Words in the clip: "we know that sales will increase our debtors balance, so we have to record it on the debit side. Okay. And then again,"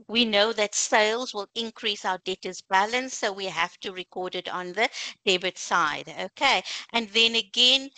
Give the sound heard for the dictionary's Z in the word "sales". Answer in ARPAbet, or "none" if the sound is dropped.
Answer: Z